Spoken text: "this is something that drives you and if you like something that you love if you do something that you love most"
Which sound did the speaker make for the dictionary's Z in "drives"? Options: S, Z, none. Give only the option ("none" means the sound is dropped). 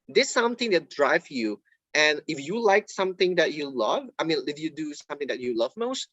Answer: none